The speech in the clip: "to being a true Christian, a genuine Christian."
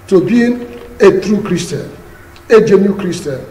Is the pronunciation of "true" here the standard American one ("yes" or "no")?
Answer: yes